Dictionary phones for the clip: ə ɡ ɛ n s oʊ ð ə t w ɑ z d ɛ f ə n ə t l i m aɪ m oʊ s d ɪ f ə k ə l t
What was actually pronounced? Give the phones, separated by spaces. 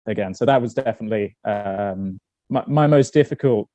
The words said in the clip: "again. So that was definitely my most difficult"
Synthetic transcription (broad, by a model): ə ɡ ɛ n s oʊ ð ə t w ɑ z d ɛ f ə n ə t l i m aɪ m oʊ s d ɪ f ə k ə l t